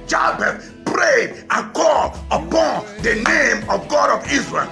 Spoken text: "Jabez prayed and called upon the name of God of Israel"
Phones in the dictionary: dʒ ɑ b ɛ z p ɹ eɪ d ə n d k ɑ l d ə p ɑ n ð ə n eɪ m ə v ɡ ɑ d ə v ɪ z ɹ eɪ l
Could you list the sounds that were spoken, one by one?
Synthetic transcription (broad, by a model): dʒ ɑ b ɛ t p ɹ eɪ d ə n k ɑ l ə p ɑ n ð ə n eɪ m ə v ɡ ɑ d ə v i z ɹ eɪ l